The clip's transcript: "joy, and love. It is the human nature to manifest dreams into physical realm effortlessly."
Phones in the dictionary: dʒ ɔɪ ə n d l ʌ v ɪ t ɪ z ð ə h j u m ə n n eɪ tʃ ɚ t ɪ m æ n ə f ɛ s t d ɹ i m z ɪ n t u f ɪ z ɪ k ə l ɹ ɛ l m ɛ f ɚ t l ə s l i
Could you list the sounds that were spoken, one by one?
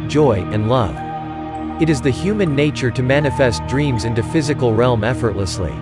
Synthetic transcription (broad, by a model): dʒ ɔɪ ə n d l ʌ v ɪ t ɪ z ð ə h j u m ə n n eɪ tʃ ɚ t ɪ m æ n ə f ɛ s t d ɹ i m z ɪ n t u f ɪ z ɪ k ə l ɹ ɛ l m ɛ f ɚ t l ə s l i